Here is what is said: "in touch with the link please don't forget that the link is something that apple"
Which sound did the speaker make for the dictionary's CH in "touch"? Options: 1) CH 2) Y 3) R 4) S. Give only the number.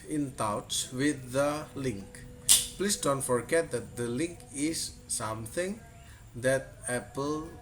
4